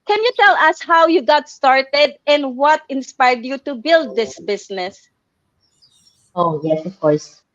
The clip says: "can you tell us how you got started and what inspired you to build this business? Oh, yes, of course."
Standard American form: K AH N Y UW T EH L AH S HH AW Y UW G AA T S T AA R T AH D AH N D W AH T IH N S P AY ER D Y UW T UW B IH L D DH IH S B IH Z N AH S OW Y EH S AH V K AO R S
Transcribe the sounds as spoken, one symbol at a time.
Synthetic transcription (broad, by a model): K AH N Y UW T EH L AH S HH AW Y UW G AA T S T AA R T AH D AH N D W AH T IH N S P AY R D Y UW T UW B IH L D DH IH S B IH S N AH S OW Y EH S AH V K AO R S